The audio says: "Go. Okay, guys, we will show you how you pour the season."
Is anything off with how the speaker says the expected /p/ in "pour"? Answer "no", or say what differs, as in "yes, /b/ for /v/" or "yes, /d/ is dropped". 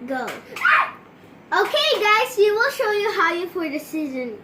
yes, /f/ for /p/